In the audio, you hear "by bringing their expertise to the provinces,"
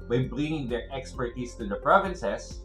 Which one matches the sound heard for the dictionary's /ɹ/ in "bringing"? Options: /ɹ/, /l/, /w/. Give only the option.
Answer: /l/